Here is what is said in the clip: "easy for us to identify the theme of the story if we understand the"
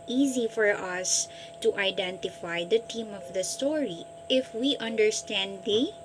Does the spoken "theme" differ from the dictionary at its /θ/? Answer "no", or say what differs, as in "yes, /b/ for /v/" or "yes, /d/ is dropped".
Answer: yes, /t/ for /θ/